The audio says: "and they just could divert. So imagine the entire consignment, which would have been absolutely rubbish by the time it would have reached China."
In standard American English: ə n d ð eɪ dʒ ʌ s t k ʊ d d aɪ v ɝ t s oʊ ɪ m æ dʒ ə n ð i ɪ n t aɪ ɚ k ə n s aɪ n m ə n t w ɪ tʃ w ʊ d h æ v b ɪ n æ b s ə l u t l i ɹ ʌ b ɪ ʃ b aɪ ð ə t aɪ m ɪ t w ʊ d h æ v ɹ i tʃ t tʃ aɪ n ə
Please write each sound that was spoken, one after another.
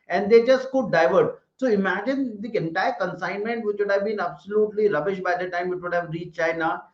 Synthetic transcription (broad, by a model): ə n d eɪ dʒ ʌ s t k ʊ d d aɪ v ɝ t s oʊ ɪ m æ dʒ ə n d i ɪ n t aɪ ɚ k ə n s aɪ n m ə n t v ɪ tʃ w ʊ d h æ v b ɪ n æ b s ə l u t l i ɹ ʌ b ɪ ʃ b aɪ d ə t aɪ m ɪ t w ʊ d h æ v ɹ i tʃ tʃ aɪ n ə